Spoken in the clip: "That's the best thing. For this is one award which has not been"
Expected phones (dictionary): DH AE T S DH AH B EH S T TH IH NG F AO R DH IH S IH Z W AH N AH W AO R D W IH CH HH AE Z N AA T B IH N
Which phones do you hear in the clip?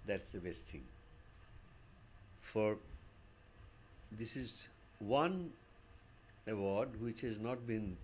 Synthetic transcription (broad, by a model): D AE T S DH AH B EH S T T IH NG F AO R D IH S IH Z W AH N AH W AO R D W IH CH HH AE Z N AA T B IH N